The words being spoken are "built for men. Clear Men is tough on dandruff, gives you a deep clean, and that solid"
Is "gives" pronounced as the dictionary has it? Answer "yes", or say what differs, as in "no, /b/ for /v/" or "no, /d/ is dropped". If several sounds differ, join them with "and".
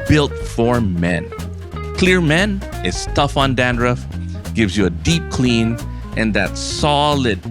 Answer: yes